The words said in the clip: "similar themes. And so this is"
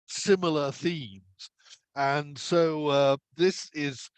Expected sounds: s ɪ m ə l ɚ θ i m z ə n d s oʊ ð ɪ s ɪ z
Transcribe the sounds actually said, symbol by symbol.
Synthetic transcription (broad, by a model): s ɪ m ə l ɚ θ i m z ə n s oʊ ð ɪ s ɪ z